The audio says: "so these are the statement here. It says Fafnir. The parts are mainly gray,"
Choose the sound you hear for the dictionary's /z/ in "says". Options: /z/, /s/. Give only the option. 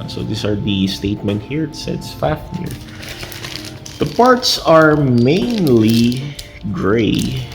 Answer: /s/